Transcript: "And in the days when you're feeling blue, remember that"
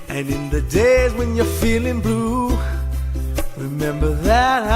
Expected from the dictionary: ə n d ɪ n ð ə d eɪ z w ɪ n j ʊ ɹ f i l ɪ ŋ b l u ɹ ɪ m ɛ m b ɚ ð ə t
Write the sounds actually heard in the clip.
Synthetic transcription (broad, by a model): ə n ɪ n ð ə d eɪ z w ɪ n j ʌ ɹ f i l ɪ ŋ b l u ɹ ɪ m ɛ m b ɚ ð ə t